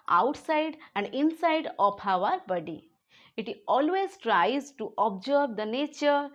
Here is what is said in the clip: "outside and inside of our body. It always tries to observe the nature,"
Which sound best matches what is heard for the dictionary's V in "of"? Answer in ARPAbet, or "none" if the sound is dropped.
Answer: P